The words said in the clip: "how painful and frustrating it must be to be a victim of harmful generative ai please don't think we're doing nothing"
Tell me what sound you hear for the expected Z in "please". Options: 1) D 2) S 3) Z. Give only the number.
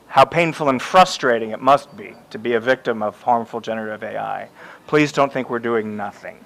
3